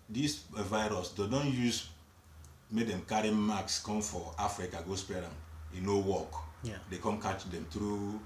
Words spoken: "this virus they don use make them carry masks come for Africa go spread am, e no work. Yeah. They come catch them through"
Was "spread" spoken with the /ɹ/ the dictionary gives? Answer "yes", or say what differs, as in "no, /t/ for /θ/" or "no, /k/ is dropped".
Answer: no, /ɹ/ is dropped